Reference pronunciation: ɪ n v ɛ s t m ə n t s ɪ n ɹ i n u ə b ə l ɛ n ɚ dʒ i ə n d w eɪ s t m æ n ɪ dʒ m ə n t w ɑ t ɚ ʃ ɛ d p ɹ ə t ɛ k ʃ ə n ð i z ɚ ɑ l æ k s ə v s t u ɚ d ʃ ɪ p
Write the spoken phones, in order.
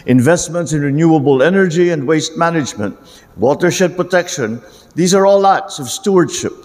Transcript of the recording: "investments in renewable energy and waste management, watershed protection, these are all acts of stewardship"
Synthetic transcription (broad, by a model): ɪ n v ɛ s t m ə n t s ɪ n ɹ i n u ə b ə l ɛ n ɚ dʒ i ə n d w eɪ s t m æ n ɪ dʒ m ə n t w ɑ t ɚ ʃ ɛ p ɹ ə t ɛ k ʃ ə n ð i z ɚ ɑ l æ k s ə v s t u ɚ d ʃ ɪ p